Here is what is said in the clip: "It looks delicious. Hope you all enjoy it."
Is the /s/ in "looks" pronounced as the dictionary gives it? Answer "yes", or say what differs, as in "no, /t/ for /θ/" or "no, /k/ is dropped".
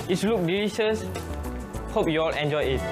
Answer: no, /s/ is dropped